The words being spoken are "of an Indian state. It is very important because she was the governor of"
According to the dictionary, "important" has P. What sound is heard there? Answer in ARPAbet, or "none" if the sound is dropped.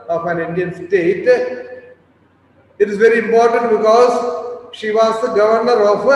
P